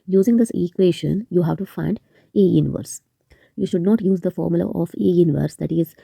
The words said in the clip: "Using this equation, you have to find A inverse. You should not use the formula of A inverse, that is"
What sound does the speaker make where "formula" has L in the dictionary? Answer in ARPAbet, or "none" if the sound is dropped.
L